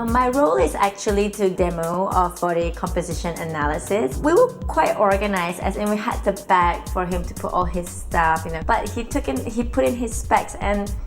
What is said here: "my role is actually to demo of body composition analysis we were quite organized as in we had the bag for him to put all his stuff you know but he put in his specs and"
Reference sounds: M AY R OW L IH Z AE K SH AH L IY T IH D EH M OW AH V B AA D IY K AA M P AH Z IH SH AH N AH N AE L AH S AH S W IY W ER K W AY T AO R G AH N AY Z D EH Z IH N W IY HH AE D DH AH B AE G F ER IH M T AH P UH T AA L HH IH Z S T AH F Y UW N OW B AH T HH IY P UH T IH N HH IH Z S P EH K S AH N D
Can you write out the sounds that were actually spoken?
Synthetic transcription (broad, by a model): M AY R OW L IH Z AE K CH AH L IY T IH D EH M OW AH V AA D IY K AA M P AH Z IH SH AH N AH N AE L AH S AH S W IY W ER K W AY T AO R G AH N AY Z IH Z IH N W IY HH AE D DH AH B AE G F ER IH M T AH P UH T AA L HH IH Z S T AH F Y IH N OW B AH T HH IY P UH T IH N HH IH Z S P EH K S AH N